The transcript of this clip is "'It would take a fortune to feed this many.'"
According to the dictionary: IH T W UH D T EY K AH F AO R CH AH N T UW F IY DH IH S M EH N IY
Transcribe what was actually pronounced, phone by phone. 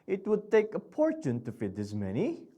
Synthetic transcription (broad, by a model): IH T W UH D T EY K AH P AO R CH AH N T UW F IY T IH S M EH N IY